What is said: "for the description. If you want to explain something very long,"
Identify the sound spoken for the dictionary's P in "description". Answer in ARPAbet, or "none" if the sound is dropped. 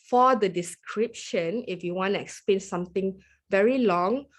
P